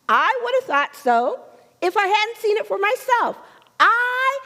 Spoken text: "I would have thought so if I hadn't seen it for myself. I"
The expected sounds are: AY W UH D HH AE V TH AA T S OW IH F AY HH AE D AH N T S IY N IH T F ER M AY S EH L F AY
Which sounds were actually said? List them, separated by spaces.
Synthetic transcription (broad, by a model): AY W UH D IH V TH AA T S OW IH F AY HH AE D N T S IY N IH T F ER M AY S EH L F AY